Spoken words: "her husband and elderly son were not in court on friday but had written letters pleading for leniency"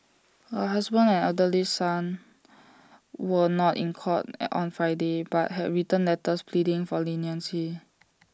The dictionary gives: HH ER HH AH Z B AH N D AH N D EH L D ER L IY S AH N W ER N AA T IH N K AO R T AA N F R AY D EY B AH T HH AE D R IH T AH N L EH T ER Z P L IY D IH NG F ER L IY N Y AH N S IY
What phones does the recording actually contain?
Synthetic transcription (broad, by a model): HH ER HH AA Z B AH N AH N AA D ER L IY S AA N W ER N AA T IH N K AO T AA N F R AY D EY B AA T HH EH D R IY T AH N L EH T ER S P L IY D IH NG F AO L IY N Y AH N S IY